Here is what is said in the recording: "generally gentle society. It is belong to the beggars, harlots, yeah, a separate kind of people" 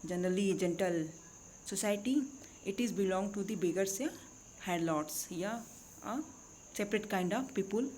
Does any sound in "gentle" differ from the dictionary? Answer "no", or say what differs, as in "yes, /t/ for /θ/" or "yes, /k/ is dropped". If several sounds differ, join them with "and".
no